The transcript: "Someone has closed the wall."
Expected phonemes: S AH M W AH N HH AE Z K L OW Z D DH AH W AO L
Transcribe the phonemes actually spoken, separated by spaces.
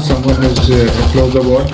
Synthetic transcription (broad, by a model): S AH M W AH N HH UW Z K L OW Z D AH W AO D